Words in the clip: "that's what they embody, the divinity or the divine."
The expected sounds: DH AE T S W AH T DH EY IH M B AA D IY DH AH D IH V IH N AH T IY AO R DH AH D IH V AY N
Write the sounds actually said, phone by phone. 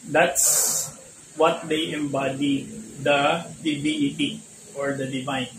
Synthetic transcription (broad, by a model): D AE T S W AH T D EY IH M B AA D IY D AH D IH B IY AH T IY AO R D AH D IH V AY N